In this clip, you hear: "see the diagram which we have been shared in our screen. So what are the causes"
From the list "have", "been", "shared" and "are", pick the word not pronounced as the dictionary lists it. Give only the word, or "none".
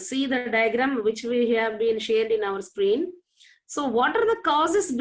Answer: none